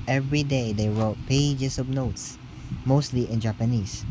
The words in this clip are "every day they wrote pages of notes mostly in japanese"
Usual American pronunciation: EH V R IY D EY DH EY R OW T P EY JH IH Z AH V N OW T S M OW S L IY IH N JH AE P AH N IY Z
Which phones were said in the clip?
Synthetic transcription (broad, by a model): EH V R IY D EY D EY R OW T P EY JH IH S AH B N OW T S M OW S L IY IH N JH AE P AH N IY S